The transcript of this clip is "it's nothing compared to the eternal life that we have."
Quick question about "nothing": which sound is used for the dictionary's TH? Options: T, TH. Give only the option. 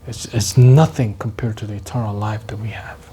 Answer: TH